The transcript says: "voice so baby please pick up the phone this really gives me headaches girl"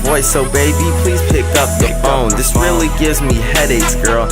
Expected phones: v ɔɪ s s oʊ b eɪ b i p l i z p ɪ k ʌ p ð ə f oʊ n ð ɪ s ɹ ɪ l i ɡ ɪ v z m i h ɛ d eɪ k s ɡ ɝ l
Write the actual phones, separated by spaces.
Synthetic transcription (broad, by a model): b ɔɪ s s oʊ b eɪ b i p l i z p ɪ k ʌ p ð ə f oʊ n ð ɪ s ɹ ɪ l i ɡ ɪ v z m i h ɛ d eɪ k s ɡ ɝ l